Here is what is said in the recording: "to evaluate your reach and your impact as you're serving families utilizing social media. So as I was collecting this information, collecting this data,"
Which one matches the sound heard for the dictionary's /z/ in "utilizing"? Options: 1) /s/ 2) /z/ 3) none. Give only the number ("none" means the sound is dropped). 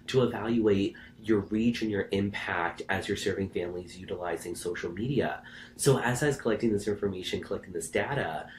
2